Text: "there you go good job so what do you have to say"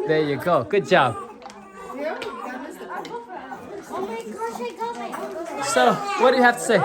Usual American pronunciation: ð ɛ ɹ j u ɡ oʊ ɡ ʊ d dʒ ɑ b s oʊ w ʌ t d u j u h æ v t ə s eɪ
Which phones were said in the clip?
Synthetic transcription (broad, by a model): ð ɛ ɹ j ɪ ɡ oʊ ɡ ʊ d dʒ ɑ b s oʊ w ʌ t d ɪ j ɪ h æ f t ə s eɪ